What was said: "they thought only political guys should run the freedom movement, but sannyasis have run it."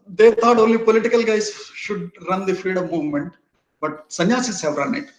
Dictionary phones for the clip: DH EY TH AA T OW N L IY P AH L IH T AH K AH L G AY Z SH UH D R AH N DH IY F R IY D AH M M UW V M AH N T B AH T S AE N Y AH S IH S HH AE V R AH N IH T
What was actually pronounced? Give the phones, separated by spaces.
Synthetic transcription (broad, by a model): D EY T AA T OW N L IY P AH L IH T AH K AH L G AY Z SH UH D R AH N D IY F IY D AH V M UW V M AH N T B AH T S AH N Y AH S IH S HH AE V R AH N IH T